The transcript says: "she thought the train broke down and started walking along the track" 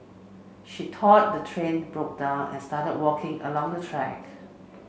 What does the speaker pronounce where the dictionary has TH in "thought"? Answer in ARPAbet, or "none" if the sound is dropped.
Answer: T